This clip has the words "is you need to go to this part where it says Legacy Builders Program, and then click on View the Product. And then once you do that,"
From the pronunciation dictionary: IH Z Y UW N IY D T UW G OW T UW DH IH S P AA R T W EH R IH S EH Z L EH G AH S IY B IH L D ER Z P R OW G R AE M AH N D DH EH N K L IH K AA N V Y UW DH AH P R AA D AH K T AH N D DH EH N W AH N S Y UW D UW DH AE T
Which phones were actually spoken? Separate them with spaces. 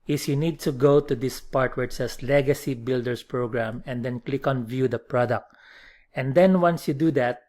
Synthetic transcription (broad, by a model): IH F Y UW N IY D T UW G OW T UW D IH S P AA R T W EH R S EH S L EH G AH S IY B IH L D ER S P R OW G R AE M AH N D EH N K L IH K AA N V Y UW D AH P R AA D AH K T AH N D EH N W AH N S Y UW D UW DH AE T